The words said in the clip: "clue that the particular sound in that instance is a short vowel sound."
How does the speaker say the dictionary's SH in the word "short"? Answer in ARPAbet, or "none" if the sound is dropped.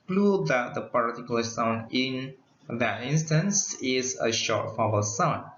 SH